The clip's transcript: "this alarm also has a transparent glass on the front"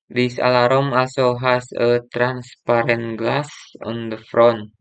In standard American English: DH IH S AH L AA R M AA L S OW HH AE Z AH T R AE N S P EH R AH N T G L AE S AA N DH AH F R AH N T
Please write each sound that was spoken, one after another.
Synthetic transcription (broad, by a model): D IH S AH L AA R M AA S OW HH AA S AH T R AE N S P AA R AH N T G L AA S AA N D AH F R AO N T